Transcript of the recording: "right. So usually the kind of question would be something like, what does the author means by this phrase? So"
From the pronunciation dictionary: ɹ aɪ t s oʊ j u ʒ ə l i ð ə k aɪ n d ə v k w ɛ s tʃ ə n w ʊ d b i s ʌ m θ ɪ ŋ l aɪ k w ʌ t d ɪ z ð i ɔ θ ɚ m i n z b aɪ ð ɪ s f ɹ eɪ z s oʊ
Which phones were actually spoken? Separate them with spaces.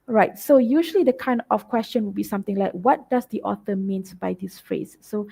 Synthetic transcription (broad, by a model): ɹ aɪ t s oʊ j u ʒ ə l i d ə k aɪ n d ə f k w ɛ s tʃ ə n w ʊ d b i s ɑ m t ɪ ŋ l aɪ k w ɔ t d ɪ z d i ɔ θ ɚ m i n s b aɪ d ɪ s f ɹ eɪ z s oʊ